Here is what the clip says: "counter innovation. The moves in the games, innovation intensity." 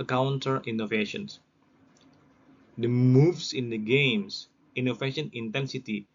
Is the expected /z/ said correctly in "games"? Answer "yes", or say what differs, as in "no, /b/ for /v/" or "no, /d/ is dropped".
no, /s/ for /z/